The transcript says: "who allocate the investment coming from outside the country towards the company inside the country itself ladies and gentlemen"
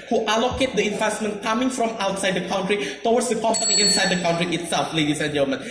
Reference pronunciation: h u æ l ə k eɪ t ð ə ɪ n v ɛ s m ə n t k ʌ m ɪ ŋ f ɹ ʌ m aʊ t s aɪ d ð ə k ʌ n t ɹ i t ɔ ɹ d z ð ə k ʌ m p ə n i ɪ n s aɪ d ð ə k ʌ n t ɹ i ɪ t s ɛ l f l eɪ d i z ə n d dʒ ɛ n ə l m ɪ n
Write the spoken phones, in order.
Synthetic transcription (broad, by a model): h u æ l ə k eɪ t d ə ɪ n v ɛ s m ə n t k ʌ m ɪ ŋ f ɹ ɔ m aʊ t s aɪ d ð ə k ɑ n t ɹ i t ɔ w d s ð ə k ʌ m p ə n i ɪ n s aɪ d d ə k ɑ n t ɹ i ɪ t s ɛ l f l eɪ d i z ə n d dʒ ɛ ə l m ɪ n